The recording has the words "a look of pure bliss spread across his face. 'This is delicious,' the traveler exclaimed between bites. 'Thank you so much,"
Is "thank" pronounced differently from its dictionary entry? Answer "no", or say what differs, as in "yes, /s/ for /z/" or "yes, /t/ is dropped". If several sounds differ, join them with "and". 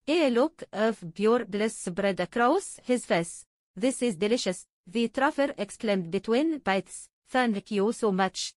yes, /f/ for /θ/